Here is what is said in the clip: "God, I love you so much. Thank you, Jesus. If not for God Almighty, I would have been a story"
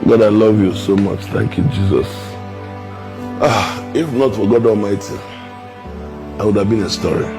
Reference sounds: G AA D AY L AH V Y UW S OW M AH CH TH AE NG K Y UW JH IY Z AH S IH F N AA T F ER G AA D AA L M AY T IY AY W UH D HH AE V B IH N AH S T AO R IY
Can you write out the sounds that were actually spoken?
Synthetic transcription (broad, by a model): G AA D AY L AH V Y UW S OW M AH CH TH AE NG K Y UW JH IY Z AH S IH F N AA T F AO G AA D AA L M AY T IY AY W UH D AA V B IH N AH S T AO R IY